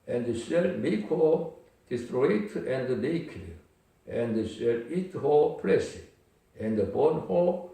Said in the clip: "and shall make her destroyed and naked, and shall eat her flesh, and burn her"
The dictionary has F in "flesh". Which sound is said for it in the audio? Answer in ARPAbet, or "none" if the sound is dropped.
P